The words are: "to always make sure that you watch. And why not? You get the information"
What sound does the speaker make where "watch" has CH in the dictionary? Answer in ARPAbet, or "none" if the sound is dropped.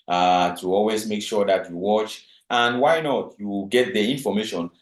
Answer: CH